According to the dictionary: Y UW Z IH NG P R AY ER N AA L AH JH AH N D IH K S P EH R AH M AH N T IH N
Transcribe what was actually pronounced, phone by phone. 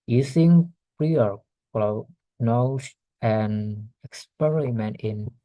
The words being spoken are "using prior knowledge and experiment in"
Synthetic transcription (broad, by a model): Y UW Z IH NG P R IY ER L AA N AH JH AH N IH K S P EH R AH M AH N T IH N